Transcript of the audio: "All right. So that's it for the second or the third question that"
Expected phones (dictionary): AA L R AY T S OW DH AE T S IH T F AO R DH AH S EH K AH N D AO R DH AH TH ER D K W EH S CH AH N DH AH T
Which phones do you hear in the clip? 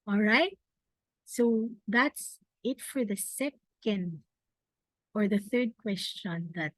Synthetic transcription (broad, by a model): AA L R AY T S OW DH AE T S IH T F AO R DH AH S EH K AH N D AO R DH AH TH ER D K W EH S CH AH N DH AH T